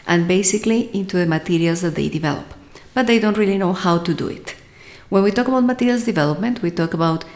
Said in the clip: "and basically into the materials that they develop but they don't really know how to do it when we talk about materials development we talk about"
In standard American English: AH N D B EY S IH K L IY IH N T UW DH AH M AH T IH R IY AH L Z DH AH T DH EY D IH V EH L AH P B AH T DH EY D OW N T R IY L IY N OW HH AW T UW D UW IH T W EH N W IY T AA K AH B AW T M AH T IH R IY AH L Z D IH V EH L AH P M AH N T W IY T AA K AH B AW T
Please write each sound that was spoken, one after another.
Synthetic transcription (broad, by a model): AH N B EY S IH K L IY IH N T UW DH AH M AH T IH R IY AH L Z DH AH T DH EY D IH V EH L AH P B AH T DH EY D OW N T R IY L IY N OW HH AW T UW D UW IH T W EH N W IY T AA K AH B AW T M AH T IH R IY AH L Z D IH V EH L AH P M AH N T W IY T AA K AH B AW T